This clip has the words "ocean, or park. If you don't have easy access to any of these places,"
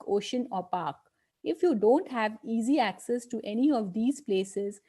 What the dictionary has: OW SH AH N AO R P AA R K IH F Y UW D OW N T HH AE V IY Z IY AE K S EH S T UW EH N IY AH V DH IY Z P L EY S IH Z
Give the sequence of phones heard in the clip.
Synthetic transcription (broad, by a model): OW SH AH N AO R P AA R K IH F Y UW D OW N T HH AE V IY Z IY AE K S EH S T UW EH N IY AH V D IY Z P L EY S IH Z